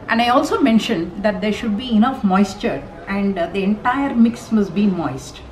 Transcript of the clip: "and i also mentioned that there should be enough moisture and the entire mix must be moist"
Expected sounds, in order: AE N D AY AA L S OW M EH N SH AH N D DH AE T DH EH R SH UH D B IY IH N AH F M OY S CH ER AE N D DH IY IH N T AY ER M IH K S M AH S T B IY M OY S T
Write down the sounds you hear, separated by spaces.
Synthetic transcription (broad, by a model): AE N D AY AA L S OW M EH N SH AH N D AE T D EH R SH UH D B IY IH N AH F M OY S CH ER AE N D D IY IH N T AY ER M IH K S M AH S T B IY M OY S T